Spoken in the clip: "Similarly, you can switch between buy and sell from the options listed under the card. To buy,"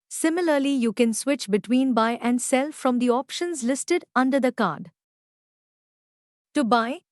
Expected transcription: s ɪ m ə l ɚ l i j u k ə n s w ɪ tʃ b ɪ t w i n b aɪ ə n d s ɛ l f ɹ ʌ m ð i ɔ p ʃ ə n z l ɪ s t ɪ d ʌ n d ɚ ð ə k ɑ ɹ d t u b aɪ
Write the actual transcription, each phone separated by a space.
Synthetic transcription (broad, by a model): s ɪ m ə l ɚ l i j u k ə n s w ɪ tʃ b ɪ t w i n b aɪ ə n d s ɛ l f ɹ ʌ m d i ɔ p ʃ ə n z l ɪ s t ɪ d ʌ n d ɚ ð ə k ɑ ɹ d t u b aɪ